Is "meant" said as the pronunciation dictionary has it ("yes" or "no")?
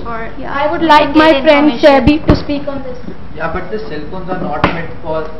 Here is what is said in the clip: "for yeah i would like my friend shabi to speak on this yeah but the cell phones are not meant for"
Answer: no